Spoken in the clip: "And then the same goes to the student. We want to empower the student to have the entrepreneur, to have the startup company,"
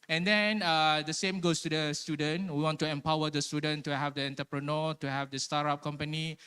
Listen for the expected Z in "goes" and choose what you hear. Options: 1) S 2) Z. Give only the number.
1